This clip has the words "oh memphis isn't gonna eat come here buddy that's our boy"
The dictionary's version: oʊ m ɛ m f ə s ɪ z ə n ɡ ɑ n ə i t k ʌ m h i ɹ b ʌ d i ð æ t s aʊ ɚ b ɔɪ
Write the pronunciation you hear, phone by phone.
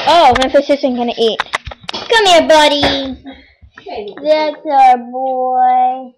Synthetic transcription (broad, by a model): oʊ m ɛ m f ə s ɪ s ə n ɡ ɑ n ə i t k ʌ m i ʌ b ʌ d i ð æ t s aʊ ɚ b ɔɪ